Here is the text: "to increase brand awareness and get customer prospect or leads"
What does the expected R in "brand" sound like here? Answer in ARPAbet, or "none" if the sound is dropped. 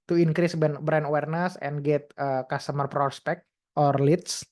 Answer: none